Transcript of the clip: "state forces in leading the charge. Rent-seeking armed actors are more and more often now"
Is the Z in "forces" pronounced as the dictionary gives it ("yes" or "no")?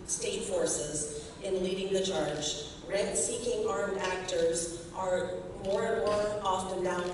yes